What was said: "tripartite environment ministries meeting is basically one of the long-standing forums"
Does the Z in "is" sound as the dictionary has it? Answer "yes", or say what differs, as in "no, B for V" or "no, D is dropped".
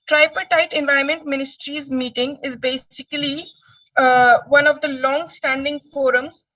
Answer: yes